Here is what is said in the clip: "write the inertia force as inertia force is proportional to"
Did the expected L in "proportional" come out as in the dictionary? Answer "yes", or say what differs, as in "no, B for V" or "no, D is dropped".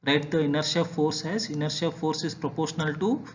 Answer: yes